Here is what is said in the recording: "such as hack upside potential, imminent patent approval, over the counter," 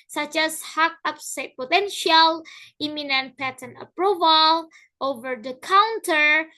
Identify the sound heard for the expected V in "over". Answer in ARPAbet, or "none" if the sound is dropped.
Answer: V